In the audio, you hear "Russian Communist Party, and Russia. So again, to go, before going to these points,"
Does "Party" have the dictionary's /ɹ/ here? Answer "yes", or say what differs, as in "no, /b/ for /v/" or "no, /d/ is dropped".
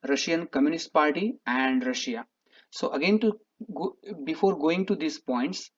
no, /l/ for /ɹ/